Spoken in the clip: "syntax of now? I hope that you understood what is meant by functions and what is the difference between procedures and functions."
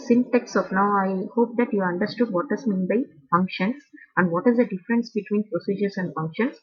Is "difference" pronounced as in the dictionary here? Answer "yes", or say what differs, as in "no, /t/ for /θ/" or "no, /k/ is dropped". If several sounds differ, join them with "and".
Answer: yes